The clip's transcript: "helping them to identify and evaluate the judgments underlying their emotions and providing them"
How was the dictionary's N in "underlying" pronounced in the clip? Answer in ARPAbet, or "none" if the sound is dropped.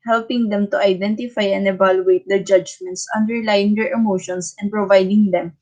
N